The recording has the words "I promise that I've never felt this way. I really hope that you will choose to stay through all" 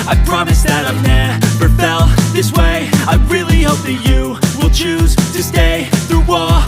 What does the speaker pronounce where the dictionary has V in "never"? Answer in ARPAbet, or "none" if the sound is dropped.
B